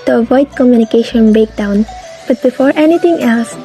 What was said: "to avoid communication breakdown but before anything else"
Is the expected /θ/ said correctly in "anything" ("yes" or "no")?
no